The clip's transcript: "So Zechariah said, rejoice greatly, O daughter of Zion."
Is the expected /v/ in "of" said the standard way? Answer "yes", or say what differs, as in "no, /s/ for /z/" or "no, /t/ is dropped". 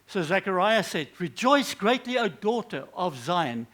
yes